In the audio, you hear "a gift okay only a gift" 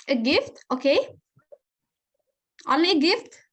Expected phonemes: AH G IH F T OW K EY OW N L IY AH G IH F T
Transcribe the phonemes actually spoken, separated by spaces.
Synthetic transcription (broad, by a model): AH G IH F T OW K EY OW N IY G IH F T